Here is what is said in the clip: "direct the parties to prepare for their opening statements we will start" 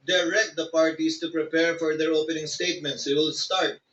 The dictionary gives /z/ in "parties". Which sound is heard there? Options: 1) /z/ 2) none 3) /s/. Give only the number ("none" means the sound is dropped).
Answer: 3